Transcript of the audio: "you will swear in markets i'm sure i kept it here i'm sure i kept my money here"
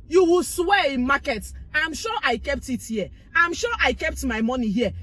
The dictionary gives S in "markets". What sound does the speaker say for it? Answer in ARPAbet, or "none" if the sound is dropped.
none